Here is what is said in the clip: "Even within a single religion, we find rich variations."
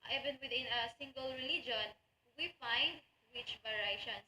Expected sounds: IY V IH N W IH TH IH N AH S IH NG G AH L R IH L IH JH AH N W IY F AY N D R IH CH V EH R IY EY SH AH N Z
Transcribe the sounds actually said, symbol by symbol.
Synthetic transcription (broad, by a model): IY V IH N W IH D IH N AH S IH NG G AH L R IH L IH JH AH N W IY F AY N D W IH CH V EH R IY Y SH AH N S